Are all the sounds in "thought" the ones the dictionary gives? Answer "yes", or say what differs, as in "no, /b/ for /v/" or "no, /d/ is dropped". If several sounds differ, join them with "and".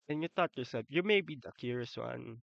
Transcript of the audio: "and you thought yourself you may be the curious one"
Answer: no, /t/ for /θ/